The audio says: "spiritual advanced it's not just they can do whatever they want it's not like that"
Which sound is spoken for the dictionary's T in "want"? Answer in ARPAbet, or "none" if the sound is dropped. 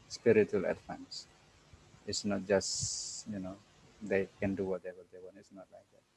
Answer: none